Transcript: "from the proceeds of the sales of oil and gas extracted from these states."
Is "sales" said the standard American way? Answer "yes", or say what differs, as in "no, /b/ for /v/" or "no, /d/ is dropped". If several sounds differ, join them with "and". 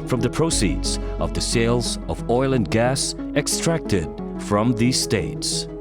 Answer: yes